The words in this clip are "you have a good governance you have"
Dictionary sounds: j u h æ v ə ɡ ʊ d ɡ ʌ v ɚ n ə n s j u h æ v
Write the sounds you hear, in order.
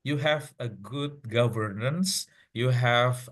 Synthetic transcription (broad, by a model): j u h æ v ə ɡ ʊ d ɡ ʌ v ɚ n ə n s j u h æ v